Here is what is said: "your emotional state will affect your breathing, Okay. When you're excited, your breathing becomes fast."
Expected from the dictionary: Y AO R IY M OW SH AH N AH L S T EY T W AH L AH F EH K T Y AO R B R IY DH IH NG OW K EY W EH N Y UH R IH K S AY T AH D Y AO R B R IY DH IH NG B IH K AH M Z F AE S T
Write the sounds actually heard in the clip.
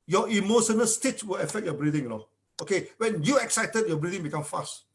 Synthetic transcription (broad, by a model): Y AO IY M OW SH AH N AH L S T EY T W AH L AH F EH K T Y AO B R IY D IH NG OW K EY W EH N Y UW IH K S AY T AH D Y AO B R IY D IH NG B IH K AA M F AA S T